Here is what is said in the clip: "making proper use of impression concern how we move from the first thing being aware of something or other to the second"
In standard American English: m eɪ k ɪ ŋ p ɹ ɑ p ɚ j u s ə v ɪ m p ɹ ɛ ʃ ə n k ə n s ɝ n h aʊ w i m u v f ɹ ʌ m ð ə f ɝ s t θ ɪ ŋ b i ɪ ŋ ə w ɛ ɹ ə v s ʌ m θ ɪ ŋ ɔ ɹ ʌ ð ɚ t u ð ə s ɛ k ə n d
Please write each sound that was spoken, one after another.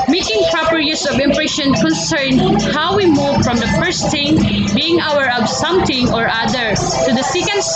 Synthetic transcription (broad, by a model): m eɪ k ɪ ŋ p ɹ ɑ p ɚ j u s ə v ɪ m p ɹ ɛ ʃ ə n k ə n s ɝ n h aʊ w i m u v f ɹ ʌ m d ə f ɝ s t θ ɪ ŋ b i ɪ ŋ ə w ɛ ɹ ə b s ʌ m t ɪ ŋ ɔ ɹ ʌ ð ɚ t u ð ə s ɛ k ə n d